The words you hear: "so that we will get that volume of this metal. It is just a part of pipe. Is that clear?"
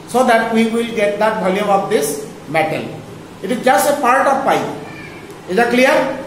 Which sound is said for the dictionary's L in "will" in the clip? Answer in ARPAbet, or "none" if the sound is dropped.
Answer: L